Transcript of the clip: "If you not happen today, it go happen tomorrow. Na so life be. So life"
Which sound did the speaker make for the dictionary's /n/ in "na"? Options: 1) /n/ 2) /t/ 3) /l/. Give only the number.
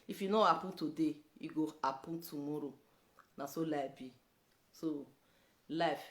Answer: 1